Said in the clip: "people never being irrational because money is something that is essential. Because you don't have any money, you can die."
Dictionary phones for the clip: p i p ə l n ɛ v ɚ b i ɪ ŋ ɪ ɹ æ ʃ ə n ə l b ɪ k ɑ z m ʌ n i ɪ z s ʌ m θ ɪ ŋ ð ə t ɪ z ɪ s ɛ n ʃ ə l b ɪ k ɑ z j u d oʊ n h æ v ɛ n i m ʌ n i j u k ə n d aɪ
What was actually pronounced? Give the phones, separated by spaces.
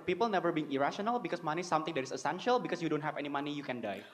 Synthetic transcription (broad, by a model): p i p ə l n ɛ v ɚ b i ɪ ŋ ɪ ɹ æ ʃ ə n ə l b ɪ k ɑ s m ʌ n i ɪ s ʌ m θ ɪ ŋ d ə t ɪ s ɪ s ɛ n ʃ ə l b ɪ k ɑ s j u d oʊ n h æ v ɛ n i m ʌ n i j u k ə n d aɪ